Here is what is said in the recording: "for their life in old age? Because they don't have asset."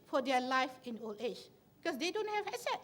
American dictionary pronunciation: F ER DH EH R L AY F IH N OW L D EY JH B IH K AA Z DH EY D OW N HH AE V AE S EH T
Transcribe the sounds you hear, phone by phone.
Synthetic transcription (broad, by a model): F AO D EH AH L AY F IH N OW L EY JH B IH K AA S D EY D OW N HH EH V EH S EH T